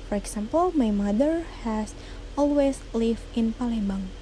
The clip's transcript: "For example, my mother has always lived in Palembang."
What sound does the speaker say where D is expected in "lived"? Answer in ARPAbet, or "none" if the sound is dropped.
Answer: none